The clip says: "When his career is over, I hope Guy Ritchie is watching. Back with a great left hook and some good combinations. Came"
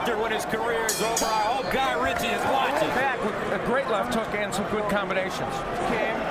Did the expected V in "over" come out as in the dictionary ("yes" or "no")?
no